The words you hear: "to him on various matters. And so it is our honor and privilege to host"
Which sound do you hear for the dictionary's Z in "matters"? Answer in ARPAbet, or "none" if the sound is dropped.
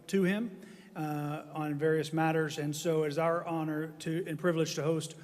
Z